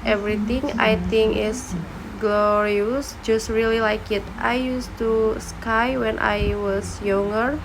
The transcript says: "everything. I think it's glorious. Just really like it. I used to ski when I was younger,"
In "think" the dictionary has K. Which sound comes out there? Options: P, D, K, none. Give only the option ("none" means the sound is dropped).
none